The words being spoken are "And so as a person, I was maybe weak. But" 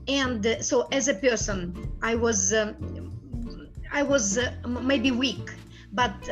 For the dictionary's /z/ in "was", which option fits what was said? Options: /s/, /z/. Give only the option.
/z/